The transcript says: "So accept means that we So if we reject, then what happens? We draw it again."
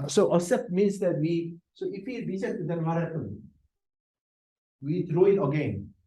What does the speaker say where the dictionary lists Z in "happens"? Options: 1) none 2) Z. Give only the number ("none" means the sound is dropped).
1